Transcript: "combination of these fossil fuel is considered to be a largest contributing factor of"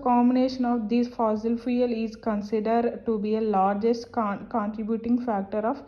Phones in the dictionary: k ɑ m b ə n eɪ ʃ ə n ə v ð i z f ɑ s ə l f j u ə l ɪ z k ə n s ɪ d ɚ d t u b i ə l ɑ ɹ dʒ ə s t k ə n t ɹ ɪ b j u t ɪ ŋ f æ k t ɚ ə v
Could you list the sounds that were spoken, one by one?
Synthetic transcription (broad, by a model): k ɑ m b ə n eɪ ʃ ə n ə v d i s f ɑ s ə l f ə l ɪ z k ə n s ɪ d ɚ d t u b i ə l ɑ ɹ dʒ ə s t k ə n t ɹ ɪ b j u t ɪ ŋ f æ k t ɚ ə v